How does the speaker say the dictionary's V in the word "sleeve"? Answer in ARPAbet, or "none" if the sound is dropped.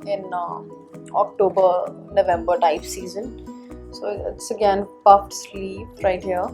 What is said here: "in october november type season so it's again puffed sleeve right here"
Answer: P